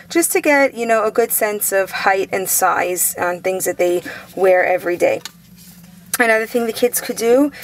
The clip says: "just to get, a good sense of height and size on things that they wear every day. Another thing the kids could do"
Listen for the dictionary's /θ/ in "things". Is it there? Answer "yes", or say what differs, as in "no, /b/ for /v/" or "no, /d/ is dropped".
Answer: yes